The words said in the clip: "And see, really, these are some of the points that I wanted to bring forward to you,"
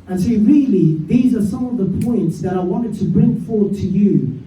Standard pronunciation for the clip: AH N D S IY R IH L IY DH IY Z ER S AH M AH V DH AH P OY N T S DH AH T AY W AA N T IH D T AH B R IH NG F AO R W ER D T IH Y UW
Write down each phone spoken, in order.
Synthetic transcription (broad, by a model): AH N S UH R IH L IY DH IY Z ER S AH M AH V DH AH P OY N T S DH AH T AY W AA N T IH D T AH B R IH NG F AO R W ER D T IH Y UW